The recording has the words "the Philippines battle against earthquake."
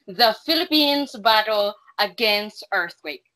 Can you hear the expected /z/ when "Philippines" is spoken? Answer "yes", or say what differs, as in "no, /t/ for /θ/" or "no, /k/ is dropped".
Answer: yes